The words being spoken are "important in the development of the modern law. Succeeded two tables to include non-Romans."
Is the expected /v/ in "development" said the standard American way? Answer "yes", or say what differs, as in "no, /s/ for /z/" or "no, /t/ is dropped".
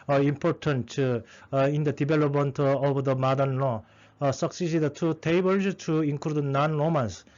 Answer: no, /b/ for /v/